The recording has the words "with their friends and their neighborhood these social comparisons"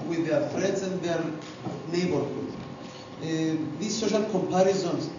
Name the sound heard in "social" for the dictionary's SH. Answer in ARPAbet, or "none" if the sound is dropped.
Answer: SH